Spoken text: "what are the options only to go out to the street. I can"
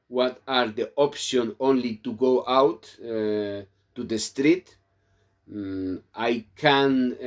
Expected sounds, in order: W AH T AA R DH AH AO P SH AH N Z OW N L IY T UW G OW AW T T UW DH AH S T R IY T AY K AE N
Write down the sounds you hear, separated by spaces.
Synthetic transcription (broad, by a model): W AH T AA R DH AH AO P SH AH N OW N L IY T UW G OW AW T T UW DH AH S T R IY T AY K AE N